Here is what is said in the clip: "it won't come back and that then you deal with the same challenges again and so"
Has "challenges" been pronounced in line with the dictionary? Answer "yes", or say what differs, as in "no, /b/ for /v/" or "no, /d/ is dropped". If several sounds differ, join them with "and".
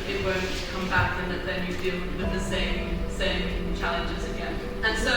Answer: yes